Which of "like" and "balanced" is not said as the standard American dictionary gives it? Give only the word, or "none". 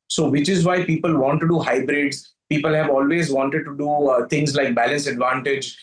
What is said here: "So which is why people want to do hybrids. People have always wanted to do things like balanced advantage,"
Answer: balanced